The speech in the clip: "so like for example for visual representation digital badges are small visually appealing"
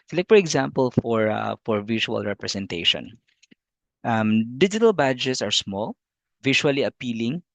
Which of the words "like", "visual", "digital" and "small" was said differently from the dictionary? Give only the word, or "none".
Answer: visual